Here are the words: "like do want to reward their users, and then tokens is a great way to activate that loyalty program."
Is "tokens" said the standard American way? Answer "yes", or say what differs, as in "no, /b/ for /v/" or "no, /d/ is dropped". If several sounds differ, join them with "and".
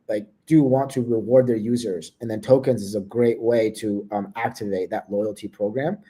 yes